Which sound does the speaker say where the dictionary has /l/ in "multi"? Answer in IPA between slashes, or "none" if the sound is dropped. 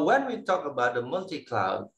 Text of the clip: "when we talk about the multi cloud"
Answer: /l/